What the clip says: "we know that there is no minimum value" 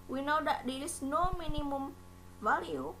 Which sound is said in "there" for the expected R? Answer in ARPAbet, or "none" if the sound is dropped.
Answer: L